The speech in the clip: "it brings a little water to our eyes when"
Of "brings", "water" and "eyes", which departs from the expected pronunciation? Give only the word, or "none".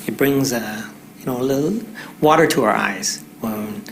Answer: none